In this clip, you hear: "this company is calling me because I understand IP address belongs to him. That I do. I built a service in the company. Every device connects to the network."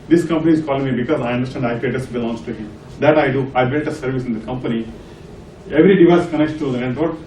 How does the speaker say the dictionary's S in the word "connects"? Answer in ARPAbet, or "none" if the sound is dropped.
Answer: none